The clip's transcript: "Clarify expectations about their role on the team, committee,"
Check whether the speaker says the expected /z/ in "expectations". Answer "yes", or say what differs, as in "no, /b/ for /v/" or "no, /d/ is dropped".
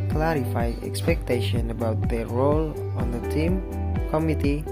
no, /z/ is dropped